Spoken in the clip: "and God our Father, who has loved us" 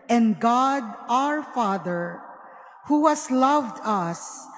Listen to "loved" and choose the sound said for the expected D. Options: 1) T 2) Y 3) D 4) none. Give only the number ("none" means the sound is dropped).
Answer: 3